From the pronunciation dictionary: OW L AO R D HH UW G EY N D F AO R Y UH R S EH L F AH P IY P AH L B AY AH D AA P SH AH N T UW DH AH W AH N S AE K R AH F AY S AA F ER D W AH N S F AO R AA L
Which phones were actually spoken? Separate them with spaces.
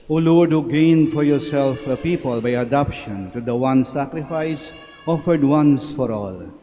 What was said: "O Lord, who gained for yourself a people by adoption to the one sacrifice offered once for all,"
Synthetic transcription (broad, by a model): OW L AO R D HH UW G EY N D F AO R Y UH R S EH L F AH P IY P AH L B AY AH D AA P SH AH N T UW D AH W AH N S AE K R AH F AY S AA F ER D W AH N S F AO R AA L